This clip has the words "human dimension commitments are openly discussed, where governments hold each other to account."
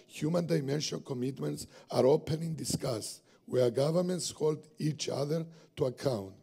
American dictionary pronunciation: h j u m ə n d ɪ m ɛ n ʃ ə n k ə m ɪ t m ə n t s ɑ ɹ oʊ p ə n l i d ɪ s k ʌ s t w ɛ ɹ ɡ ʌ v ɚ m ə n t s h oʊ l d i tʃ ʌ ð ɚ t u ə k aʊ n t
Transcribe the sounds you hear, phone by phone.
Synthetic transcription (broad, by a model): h j u m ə n d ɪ m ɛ n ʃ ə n k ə m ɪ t m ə n t s ɑ ɹ oʊ p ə n i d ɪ s k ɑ s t w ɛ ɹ ɡ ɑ v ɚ m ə n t s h oʊ l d i tʃ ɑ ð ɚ t u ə k aʊ n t